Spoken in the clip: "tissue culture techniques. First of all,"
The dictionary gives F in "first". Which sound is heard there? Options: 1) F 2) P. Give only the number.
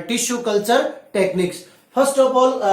2